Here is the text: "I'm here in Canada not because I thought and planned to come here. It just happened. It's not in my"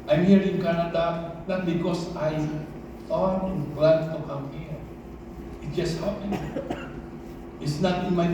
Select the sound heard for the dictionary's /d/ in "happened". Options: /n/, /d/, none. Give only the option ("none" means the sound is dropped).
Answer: none